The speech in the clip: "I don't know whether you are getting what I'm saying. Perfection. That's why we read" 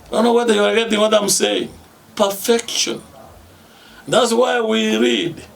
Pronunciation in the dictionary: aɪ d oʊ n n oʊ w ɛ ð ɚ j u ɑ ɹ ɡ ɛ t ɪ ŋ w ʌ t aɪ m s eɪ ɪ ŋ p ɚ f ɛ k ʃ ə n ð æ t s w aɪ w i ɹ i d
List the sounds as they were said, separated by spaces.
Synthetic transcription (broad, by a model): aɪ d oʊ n n oʊ w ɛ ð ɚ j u ɑ ɹ ɡ ɛ t ɪ ŋ w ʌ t aɪ m s eɪ ɪ ŋ p ɚ f ɛ k ʃ ə n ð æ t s w aɪ w i ɹ i d